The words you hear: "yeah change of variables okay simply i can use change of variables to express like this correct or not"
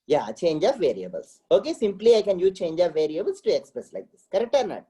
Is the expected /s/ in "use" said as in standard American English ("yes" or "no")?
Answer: no